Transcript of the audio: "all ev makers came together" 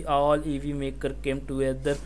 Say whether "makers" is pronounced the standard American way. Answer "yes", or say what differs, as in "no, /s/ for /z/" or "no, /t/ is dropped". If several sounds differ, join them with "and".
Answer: no, /z/ is dropped